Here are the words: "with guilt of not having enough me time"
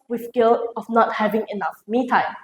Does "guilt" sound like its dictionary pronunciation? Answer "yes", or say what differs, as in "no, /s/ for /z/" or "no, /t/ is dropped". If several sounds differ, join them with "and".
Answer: no, /t/ is dropped